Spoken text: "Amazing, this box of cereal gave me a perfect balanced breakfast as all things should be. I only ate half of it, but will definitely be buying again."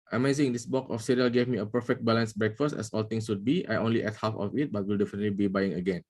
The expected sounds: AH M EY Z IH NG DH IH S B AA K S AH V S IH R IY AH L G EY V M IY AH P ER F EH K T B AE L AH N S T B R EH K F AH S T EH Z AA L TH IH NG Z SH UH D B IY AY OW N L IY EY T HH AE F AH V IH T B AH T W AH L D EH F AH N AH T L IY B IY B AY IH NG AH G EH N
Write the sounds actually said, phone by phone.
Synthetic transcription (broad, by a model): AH M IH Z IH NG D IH S B AA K AH F S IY R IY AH L G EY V M IY AH P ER F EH K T B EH L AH N S B R EH K F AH S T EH S AA L T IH NG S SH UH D B IY AY OW N L IY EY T HH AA F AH F IH T B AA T W AH L D EH F AH N AH T L IY B IY B AY IH NG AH G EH N